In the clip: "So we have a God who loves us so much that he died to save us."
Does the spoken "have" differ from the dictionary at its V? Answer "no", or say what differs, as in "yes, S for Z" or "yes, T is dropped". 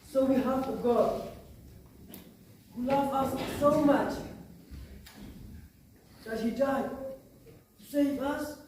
yes, F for V